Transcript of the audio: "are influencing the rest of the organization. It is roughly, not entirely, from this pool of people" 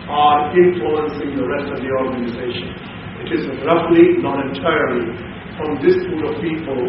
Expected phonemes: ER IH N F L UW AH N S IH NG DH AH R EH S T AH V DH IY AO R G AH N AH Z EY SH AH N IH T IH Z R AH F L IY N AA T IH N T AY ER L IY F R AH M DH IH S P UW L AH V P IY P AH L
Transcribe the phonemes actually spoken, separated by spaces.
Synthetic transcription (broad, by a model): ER IH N F L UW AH N S IH NG DH AH R EH S T AH V DH IY AO R G AH N AH Z EY SH AH N IH T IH Z R AH F L IY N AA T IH T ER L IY F R AH M DH IH S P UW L AH V P IY P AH L